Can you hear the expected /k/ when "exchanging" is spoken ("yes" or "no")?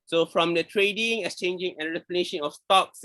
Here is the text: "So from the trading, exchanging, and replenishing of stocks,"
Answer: no